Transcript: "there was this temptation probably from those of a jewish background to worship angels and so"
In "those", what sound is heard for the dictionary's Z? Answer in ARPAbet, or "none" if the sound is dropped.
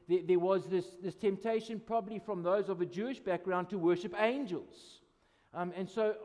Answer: Z